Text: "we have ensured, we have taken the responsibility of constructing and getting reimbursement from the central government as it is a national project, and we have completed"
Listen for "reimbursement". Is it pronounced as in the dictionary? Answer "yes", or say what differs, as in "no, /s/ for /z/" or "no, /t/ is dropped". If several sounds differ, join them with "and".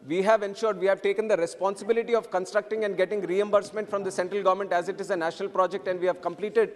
yes